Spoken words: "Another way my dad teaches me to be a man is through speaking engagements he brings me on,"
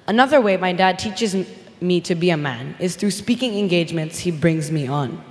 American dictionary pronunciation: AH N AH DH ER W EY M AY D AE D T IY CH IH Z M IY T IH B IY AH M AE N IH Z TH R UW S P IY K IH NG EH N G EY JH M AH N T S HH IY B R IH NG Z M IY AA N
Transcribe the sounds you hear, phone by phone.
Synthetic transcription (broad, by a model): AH N AH DH ER W EY M AY D AE D T IY CH IH Z M IY T IH B IY AH M AE N IH Z TH R UW S P IY K IH NG EH N G EY JH M AH N T S HH IY B R IH NG Z M IY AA N